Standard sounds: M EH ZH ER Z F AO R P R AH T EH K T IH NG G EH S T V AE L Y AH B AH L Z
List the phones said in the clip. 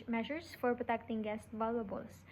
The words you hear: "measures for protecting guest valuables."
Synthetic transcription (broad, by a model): M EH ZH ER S F AO R P R AH T EH K T IH NG G EH S T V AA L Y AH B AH L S